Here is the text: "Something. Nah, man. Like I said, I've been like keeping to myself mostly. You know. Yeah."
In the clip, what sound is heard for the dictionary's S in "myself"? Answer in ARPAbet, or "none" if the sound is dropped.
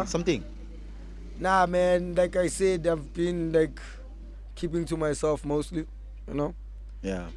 S